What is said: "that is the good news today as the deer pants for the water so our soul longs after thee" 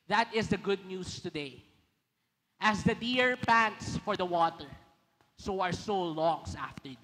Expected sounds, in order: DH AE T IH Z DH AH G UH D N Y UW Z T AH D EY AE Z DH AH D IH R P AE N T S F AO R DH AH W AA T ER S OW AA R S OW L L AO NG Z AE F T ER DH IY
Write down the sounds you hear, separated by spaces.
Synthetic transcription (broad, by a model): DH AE T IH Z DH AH G UH D N Y UW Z T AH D EY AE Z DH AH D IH R P AE N T S F AO R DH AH W AA T ER S OW AA R S OW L L AO NG S AE F T ER